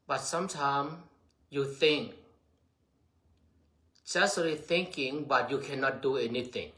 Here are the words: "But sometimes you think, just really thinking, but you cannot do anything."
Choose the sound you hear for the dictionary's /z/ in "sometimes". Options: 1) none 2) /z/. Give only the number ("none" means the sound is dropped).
1